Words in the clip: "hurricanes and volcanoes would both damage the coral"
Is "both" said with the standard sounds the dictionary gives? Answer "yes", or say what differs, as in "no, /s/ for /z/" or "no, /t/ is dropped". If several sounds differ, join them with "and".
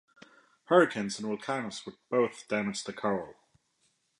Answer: yes